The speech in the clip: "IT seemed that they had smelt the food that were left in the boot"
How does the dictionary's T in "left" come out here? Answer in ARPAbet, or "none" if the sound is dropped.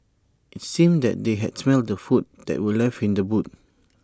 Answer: none